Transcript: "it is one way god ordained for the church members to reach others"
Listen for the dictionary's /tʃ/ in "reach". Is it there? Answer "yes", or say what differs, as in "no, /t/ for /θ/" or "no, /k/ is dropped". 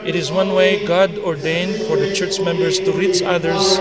yes